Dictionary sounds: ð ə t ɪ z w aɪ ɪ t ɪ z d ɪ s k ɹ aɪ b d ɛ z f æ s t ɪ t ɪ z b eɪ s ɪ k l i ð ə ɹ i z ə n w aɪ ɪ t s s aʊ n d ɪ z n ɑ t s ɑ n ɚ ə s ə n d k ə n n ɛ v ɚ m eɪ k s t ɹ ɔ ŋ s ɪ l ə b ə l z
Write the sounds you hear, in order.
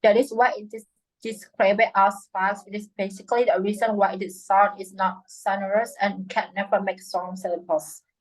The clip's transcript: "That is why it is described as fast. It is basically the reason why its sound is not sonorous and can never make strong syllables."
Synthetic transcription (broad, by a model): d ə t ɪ s w aɪ ɪ t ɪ s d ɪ s k ɹ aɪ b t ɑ s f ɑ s ɪ t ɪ s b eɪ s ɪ k l i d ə ɹ i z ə n w aɪ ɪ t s s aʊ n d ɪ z n ɑ t s ɑ n ɚ ə s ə n k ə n n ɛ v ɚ m eɪ k s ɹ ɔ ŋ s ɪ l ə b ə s